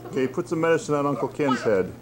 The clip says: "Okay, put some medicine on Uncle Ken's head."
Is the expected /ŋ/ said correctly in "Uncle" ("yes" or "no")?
yes